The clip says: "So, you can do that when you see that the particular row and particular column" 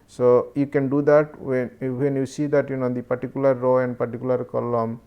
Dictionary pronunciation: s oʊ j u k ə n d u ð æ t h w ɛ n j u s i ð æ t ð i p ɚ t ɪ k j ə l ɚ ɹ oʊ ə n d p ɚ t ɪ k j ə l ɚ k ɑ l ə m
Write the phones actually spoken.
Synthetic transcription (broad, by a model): s oʊ j u k ə n d u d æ t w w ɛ n j u s i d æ t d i p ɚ t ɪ k j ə l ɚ ɹ oʊ ə n d p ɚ t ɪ k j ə l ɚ k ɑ l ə m